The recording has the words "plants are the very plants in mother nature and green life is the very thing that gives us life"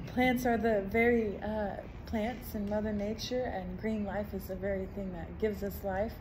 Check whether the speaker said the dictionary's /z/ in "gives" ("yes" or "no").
yes